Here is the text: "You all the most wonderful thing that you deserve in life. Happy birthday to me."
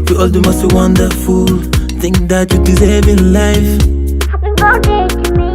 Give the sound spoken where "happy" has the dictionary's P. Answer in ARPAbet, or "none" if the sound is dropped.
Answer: none